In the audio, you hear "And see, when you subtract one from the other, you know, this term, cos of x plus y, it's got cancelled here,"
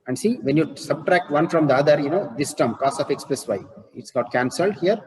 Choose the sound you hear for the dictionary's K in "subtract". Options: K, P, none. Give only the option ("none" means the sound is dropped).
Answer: K